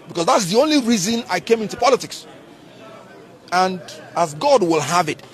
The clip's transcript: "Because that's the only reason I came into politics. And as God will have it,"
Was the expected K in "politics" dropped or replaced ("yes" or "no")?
no